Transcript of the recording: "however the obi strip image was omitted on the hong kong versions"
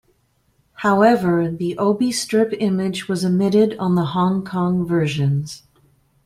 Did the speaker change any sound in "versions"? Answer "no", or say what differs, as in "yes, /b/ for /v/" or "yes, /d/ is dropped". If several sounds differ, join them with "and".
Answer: no